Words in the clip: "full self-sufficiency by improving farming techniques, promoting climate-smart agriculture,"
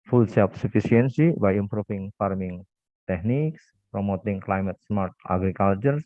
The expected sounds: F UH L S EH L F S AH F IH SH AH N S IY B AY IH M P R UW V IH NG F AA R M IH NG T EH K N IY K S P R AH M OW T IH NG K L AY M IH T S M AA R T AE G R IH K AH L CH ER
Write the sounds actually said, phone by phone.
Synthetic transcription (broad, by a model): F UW L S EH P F S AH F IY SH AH N S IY B AY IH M P R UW F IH NG F AA R M IH NG T EH K N IY K S P R AH M OW T IH NG K L AY M IH T S M AA R T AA G R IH K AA L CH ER